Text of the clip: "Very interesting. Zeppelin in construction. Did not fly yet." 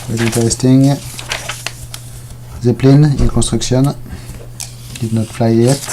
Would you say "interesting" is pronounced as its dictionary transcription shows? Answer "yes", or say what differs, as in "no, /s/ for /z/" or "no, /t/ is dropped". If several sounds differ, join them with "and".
no, /ɹ/ is dropped